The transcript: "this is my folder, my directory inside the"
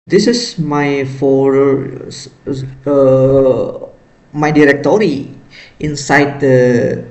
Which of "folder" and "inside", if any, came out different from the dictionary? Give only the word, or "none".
folder